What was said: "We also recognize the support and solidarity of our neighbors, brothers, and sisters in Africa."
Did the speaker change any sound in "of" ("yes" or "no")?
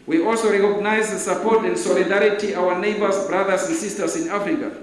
yes